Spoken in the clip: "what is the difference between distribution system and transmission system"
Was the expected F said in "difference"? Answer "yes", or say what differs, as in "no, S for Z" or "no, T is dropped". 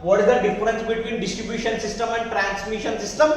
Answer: no, F is dropped